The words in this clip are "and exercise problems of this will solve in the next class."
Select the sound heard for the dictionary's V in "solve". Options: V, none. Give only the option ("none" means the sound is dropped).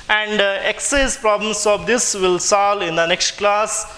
none